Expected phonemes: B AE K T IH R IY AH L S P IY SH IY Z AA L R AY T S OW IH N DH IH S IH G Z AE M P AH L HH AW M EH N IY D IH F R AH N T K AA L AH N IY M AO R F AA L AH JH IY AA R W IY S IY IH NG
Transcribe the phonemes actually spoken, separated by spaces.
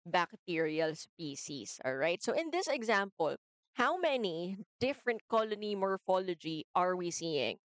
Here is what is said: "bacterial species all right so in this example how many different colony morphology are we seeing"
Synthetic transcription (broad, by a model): B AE K T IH R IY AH L S P IY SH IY S AA L R AY T S OW IH N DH IH S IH G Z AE M P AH L HH AW M EH N IY D IH F R AH N T K AA L AH N IY M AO R F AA L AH JH IY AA R W IY S IY IH NG